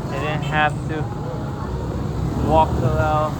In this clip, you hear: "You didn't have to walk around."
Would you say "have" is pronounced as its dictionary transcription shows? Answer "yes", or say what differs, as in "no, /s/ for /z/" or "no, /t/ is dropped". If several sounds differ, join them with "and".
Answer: no, /f/ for /v/